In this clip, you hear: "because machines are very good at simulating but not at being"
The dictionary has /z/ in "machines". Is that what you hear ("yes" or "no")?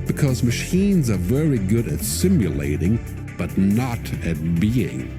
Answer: yes